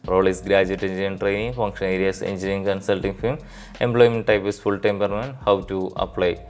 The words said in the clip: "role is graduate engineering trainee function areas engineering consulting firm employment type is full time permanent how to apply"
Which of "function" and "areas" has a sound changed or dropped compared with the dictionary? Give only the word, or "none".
areas